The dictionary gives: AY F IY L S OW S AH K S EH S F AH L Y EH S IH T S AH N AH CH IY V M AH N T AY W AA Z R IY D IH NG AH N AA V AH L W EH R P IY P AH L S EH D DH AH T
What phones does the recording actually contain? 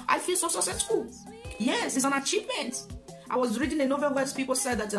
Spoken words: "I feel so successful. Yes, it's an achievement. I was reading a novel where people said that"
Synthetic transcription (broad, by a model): AY F IY L S OW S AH S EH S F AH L Y EH S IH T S AH N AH CH IY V M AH N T AY W AA Z R IY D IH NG AH N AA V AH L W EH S P IY P AH L S EH D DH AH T